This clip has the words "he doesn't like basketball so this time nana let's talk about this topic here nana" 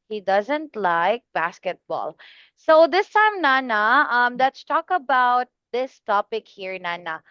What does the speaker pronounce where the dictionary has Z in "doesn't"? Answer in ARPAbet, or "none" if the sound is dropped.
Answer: Z